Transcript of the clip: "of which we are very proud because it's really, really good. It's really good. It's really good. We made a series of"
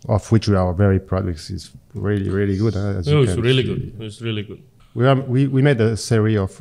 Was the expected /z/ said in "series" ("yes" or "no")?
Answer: no